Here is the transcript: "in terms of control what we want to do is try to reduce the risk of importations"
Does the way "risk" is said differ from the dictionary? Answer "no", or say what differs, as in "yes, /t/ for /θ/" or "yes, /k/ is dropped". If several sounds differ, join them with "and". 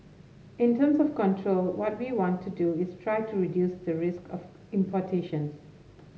no